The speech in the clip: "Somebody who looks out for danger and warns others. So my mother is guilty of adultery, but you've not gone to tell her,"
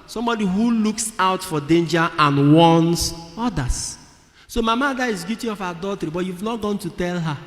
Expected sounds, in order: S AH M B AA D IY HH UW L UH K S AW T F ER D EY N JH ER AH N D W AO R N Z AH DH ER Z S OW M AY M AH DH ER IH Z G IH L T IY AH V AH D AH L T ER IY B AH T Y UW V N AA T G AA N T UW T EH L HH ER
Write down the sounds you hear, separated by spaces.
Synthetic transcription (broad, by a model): S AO M B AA D IY HH UW L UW K S AW T F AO D EY N JH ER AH N W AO N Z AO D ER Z S OW M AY M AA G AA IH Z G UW T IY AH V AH D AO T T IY B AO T Y UW V N AA T G AA N T UW T EH L HH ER